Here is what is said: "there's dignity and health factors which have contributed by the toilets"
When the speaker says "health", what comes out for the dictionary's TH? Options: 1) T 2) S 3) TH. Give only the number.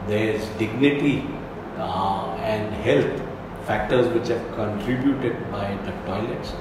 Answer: 1